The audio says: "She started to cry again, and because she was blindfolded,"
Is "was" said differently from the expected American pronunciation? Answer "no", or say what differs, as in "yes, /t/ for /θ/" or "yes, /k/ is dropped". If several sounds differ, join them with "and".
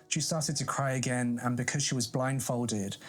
no